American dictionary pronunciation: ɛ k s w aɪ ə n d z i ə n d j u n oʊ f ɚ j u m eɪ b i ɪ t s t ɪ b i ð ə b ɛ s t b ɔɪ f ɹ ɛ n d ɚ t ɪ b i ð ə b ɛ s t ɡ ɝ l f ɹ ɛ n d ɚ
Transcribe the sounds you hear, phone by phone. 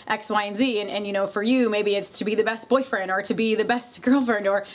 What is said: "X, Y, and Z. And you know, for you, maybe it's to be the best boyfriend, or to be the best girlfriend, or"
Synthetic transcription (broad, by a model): ɛ k s w aɪ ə n z i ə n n j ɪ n oʊ f ɚ j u m eɪ b i ɪ t s t ɪ b i ð ə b ɛ s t b ɔɪ f ɹ ɛ n d ɚ t ɪ b i ð ə b ɛ s t ɡ ɝ l f ɹ ɛ n d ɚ